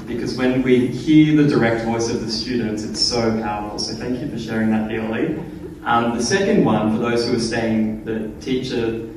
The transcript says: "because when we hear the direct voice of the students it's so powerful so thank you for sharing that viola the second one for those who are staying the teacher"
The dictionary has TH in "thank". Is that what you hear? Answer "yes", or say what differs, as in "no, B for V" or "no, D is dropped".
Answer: yes